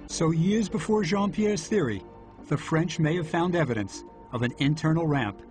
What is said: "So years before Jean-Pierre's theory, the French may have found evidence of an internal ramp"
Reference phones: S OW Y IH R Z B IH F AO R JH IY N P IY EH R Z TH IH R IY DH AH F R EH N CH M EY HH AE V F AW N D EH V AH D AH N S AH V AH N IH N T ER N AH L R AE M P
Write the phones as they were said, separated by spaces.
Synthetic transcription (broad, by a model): S OW Y IH R Z B IH F AO R ZH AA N P IY EH R Z TH IH R IY DH AH F R EH N CH M EY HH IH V F AW N D EH V AH D AH N S AH V AH N IH N T ER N L R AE M P